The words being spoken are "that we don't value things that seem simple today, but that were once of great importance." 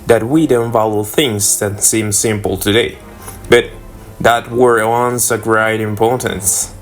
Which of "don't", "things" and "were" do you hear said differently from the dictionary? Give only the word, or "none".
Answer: none